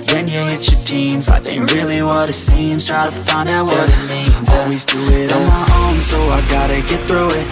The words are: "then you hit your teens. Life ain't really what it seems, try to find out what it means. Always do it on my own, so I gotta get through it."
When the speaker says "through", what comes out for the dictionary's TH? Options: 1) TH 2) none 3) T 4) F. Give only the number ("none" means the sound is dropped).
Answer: 1